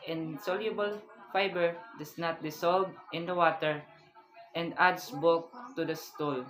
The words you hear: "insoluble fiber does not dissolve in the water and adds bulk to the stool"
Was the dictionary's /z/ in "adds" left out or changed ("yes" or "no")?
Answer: yes